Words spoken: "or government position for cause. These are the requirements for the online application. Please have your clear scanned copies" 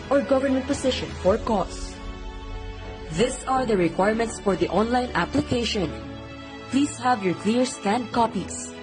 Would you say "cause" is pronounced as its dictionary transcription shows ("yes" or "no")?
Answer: no